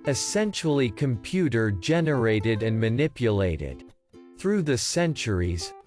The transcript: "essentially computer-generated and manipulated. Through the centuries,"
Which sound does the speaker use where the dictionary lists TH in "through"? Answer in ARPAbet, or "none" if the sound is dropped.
TH